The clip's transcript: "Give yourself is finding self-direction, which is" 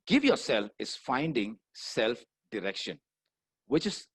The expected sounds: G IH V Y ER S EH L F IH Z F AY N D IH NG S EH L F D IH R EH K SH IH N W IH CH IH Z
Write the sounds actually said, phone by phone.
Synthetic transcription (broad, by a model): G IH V Y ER S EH L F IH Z F AY N D IH NG S EH L F D IH R EH K SH IH N W IH CH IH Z